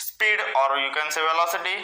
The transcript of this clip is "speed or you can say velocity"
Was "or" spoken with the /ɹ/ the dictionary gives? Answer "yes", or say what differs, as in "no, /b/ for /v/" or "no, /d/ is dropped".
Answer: yes